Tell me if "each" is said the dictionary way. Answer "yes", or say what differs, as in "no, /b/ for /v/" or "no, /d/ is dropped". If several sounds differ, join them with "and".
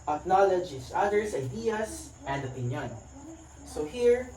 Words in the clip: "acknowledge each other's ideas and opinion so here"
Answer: no, /s/ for /tʃ/